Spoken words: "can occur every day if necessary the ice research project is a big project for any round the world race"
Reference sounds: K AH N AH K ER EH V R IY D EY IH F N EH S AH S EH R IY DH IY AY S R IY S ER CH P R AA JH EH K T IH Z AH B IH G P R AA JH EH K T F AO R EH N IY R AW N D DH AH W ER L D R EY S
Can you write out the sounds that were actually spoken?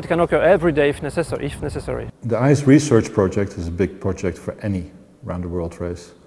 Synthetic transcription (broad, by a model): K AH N AH K ER EH V R IY D EY IH F N EH S AH S EH R IY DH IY AY S R IY S ER CH P R AA JH EH K T IH Z AH B IH G P R AA JH EH K T F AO R EH N IY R AW N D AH W ER L D R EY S